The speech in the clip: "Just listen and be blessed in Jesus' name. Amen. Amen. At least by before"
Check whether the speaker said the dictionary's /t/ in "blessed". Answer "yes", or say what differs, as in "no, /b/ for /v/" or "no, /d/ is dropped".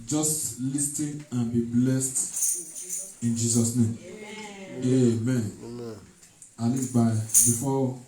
yes